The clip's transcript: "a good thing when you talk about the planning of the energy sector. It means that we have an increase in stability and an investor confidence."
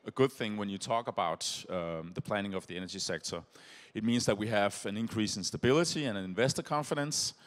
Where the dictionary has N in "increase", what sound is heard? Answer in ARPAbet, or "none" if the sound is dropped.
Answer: N